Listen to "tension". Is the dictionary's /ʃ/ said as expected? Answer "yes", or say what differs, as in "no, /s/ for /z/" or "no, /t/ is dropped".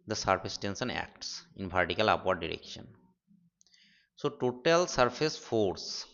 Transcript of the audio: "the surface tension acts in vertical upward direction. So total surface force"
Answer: no, /s/ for /ʃ/